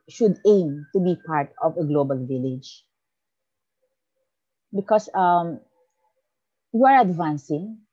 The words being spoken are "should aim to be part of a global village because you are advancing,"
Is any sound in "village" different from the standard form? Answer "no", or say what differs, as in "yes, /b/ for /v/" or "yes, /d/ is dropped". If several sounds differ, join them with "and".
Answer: no